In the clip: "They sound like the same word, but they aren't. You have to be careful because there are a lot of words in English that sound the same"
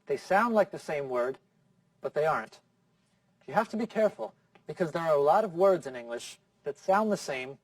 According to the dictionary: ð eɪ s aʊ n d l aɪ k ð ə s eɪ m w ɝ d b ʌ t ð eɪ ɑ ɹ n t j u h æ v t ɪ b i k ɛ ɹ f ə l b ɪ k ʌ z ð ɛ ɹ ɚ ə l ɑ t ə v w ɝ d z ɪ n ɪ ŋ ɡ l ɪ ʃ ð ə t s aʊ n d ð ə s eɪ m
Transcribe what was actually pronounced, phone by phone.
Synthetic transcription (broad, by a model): ð eɪ s aʊ n d l aɪ k ð ə s eɪ m w ɝ d b ʌ t ð eɪ ɑ ɹ n t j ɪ h æ f t ɪ b i k ɛ ɹ f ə l b ɪ k ʌ z ð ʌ ɹ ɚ ə l ɑ t ə v w ɝ d z ɪ n ɪ ŋ ɡ l ɪ ʃ ð ə t s aʊ n ð ə s eɪ m